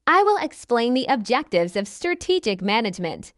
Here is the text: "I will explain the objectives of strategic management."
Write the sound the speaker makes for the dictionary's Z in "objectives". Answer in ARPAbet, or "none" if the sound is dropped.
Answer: Z